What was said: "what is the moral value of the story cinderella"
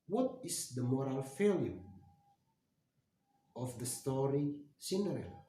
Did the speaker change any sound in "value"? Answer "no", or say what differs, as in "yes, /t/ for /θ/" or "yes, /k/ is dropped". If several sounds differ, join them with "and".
yes, /f/ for /v/